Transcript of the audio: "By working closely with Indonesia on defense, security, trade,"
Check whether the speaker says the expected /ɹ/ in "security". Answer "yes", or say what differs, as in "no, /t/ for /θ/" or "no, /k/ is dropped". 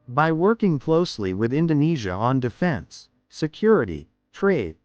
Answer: yes